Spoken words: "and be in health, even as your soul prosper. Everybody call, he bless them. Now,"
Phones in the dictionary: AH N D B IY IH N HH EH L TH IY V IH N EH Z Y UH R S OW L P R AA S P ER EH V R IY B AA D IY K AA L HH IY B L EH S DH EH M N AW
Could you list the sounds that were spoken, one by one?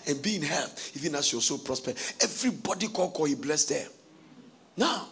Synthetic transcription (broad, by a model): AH N B IY IH N HH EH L T IY V IH N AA S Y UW W S OW P R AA S P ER EH V R IY B AA D IY K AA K HH IY B L EH S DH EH N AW